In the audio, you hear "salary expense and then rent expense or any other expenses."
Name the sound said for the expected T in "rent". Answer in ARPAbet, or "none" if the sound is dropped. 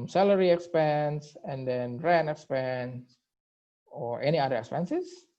none